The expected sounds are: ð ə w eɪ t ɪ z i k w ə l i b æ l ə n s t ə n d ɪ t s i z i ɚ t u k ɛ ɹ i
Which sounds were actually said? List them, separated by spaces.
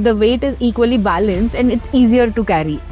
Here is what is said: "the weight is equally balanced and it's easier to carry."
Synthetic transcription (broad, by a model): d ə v eɪ t ɪ z i k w ə l i b æ l ə n s t ə n d ɪ t s i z i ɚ t u k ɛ ɹ i